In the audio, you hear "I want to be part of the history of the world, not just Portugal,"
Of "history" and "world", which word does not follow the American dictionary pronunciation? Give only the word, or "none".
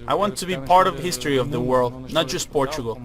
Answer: none